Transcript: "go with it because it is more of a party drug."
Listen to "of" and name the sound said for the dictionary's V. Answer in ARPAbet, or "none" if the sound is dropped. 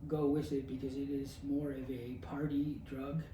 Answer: V